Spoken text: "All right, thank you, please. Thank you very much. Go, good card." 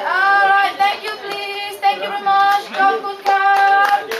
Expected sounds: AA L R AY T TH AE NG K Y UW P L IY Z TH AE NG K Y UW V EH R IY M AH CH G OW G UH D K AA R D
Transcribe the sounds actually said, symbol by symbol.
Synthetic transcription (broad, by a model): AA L R AY T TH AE NG K Y UW P L IY Z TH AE NG K Y UW V EH R IY M AH CH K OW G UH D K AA